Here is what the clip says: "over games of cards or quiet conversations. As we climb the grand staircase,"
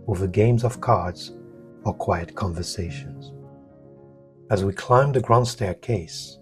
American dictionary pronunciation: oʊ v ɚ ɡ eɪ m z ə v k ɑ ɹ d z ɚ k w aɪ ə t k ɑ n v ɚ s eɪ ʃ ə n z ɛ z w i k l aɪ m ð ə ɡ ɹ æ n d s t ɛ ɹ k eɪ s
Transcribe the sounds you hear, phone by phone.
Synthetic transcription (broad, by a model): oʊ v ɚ ɡ eɪ m z ə v k ɑ ɹ d z ɚ k w aɪ ə t k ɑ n v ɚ s eɪ ʃ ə n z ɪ z w i k l aɪ m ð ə ɡ ɹ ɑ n s t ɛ ɹ k eɪ s